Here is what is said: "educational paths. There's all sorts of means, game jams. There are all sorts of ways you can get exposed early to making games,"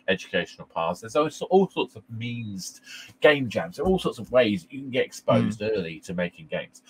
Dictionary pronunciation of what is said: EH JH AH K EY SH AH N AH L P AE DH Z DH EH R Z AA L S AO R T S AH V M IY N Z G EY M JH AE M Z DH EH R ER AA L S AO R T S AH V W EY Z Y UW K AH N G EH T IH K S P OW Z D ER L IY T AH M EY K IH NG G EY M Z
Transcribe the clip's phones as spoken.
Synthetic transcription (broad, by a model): EH JH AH K EY SH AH N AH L P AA Z DH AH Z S AA L S AO T S AH V M IY N Z G EY M JH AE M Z DH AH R AA L S AO T S AH V W EY Z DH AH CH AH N G EH T IH K S P OW Z D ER L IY T AH M EY K IH NG G EY M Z